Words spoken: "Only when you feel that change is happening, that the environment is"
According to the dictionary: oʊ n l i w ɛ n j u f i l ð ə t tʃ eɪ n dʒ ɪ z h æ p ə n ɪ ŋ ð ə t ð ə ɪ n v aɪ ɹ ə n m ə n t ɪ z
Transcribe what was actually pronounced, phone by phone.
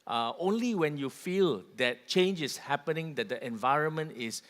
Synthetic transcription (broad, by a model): oʊ n l i w ɛ n j u f i l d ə t tʃ eɪ n dʒ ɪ s h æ p ə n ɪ ŋ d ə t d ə ɪ n v aɪ ɹ ə n m ə n t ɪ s